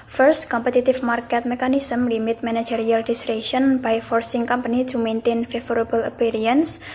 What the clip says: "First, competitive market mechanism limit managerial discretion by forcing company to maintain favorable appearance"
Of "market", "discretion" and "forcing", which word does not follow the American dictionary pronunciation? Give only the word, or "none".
discretion